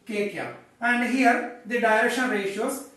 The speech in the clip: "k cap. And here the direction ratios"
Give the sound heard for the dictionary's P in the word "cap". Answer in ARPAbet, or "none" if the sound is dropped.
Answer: none